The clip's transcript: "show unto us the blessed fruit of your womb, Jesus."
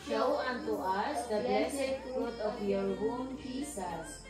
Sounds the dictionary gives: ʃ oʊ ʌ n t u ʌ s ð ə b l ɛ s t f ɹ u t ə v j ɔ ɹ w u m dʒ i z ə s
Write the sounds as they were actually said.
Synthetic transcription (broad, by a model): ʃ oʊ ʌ n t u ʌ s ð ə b ɛ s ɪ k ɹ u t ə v j ɔ ɹ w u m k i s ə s